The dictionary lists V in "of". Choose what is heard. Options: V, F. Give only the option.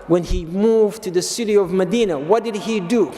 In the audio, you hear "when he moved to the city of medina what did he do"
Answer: V